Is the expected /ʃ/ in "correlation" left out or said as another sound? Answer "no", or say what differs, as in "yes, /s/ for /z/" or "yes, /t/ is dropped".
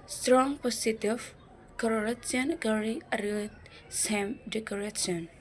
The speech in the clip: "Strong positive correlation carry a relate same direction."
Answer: yes, /s/ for /ʃ/